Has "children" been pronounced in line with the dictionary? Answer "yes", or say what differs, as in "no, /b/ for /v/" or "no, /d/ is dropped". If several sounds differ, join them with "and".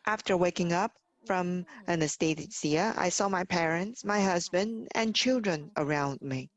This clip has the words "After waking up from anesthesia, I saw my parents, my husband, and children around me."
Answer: yes